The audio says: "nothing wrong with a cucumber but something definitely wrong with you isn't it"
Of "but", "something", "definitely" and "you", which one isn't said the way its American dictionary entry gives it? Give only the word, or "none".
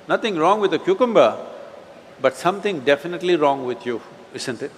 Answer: something